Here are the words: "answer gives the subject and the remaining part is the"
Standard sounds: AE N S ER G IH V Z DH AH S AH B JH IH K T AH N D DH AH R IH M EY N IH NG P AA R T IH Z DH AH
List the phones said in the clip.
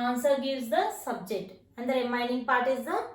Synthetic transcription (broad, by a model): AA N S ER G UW Z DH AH S AH B JH IH K T AH N D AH R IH M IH N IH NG P AA R T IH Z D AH